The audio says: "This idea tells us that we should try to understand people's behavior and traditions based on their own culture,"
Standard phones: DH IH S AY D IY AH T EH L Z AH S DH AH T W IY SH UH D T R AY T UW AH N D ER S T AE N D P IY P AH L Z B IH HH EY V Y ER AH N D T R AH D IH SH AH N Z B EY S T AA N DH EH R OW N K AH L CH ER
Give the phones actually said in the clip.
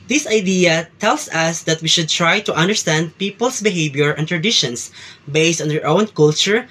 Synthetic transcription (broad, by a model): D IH S AY D IY AH T EH L S AH S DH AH T W IY SH UH D T R AY T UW AH N D ER S T AE N D P IY P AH L S B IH HH EY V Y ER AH N T R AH D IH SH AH N S B EY S T AA N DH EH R OW N K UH L CH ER